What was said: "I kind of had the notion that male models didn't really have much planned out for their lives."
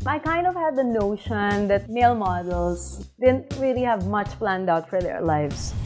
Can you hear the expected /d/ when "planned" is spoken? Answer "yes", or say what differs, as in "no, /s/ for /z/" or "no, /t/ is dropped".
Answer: yes